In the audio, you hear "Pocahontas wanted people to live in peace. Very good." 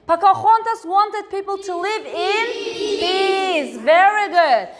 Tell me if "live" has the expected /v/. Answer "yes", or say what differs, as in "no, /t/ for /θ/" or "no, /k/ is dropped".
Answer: yes